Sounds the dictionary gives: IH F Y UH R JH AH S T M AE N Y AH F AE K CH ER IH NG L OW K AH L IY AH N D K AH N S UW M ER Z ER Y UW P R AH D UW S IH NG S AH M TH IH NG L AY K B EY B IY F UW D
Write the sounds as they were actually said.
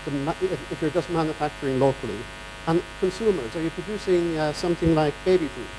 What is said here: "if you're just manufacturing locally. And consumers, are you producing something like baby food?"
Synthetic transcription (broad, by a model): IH F Y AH R JH AH S T M AE N Y AH F AE K CH ER IH NG L OW K AH L IY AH N K AH N S UW M ER Z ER Y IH P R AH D UW S IH NG S AH M TH IH NG L AY K B EY B IY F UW